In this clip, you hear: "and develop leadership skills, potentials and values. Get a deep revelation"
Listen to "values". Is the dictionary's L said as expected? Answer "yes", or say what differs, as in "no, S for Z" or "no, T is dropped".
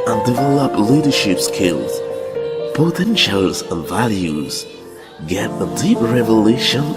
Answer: yes